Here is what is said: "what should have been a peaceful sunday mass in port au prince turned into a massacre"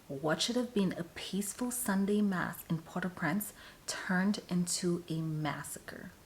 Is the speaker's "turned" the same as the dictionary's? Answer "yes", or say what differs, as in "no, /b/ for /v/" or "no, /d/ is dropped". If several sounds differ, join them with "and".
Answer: yes